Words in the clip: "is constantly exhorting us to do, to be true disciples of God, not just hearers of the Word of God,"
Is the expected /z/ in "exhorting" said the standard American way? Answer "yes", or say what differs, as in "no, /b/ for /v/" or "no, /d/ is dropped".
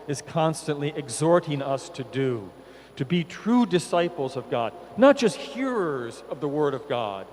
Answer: yes